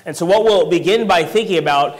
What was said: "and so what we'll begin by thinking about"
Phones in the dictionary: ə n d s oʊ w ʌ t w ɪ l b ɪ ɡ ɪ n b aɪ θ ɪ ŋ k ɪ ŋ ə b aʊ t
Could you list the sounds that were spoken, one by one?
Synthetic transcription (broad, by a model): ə n s oʊ w ʌ t w ɪ l b ɪ ɡ ɪ n b aɪ θ ɪ ŋ k ɪ ŋ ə b aʊ t